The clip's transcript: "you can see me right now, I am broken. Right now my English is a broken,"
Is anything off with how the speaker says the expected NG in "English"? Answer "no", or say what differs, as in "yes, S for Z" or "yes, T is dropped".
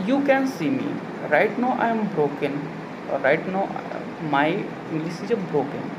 yes, NG is dropped